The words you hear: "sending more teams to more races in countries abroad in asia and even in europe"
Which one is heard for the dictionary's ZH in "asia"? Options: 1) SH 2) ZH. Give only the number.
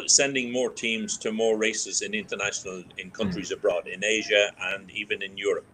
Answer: 2